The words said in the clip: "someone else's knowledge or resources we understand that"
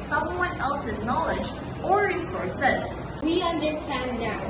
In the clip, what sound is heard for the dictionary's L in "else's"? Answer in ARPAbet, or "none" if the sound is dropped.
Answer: L